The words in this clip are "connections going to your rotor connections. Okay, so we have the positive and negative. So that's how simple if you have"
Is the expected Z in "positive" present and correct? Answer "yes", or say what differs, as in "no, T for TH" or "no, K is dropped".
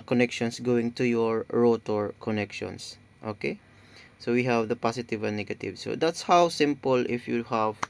no, S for Z